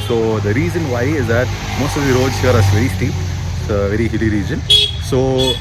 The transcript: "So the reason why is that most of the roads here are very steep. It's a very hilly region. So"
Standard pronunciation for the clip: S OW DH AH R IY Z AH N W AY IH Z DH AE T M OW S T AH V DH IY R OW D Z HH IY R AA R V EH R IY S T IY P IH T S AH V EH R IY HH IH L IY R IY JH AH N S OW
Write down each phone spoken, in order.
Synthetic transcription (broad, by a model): S OW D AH R IY Z AH N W AY IH Z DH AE T M OW S T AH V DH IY R OW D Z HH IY R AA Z V EH R IY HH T IY IH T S AH V EH R IY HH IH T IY R IY JH AH N S OW